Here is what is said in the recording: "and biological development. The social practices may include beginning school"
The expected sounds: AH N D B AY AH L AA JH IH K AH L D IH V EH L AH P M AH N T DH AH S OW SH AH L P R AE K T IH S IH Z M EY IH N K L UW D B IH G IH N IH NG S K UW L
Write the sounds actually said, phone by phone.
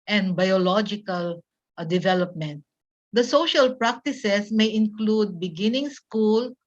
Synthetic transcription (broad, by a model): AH N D B AY AH L AA JH IH K AH L D IH V EH L AH P M AH N T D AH S OW SH AH L P R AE K T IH S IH S M EY IH N K L UW D B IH G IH N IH NG S K UW L